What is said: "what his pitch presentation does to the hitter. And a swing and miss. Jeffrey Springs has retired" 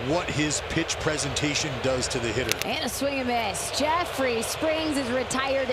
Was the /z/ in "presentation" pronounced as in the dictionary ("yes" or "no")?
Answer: yes